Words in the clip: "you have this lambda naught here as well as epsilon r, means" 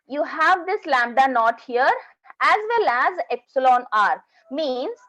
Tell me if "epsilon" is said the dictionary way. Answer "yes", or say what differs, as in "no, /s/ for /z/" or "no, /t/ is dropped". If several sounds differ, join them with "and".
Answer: yes